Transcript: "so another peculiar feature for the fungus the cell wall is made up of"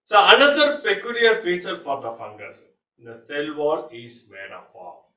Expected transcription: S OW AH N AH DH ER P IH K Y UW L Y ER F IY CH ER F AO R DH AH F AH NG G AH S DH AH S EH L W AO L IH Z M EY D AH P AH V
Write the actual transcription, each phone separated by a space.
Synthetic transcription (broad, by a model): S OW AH N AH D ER P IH K Y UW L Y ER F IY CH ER F AO R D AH F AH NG G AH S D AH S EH L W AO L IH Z M EY D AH F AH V